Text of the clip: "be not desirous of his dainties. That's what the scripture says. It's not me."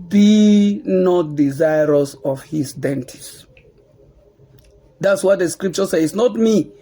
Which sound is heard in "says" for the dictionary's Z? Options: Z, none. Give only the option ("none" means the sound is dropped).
none